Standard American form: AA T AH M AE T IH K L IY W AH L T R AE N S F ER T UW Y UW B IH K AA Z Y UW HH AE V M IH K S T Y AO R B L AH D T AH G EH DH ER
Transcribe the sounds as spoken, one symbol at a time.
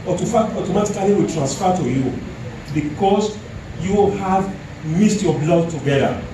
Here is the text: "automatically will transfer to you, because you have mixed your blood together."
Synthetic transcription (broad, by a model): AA T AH M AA T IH K L IY W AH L T R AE N S F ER T UW Y UW B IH K AA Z Y UW HH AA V M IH S T Y AO B L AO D T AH G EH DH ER